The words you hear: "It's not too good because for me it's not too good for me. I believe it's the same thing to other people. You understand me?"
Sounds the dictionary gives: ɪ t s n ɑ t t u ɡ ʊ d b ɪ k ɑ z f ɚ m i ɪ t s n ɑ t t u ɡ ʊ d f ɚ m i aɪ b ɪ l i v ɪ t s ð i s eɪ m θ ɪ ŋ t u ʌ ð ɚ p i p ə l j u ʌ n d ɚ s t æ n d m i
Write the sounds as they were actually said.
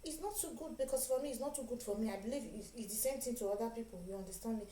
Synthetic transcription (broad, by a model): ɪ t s n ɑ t t u ɡ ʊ d b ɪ k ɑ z f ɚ m i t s n ɑ t t u ɡ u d f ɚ m i aɪ b ɪ l i v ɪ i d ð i s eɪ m s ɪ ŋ t u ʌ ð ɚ p i p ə l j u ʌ n d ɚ s t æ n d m i